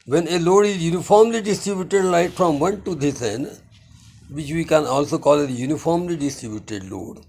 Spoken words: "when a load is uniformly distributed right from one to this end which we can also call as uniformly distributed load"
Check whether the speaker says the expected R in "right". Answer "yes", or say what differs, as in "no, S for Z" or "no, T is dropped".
no, L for R